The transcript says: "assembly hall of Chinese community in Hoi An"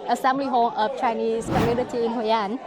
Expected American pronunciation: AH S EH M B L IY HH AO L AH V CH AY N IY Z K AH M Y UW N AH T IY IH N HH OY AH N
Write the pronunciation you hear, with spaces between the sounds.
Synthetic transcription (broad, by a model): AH S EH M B L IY HH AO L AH F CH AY N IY S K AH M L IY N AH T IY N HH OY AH N